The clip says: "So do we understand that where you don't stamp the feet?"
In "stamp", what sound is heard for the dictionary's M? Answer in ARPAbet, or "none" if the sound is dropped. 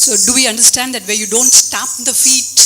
none